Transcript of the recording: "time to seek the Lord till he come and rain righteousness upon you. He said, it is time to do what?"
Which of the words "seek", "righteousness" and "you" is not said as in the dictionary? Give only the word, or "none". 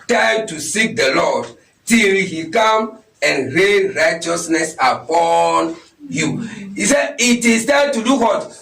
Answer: none